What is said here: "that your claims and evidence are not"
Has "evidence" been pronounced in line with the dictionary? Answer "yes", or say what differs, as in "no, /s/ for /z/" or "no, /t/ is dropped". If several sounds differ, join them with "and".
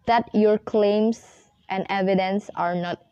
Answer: yes